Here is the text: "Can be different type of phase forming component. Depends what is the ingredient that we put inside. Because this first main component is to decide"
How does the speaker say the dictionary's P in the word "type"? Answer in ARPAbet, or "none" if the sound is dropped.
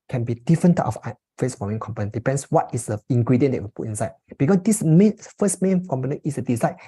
F